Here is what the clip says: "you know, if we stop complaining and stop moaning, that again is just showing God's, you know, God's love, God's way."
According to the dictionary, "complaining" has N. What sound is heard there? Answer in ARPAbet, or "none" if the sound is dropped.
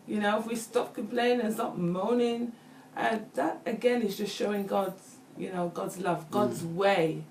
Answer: none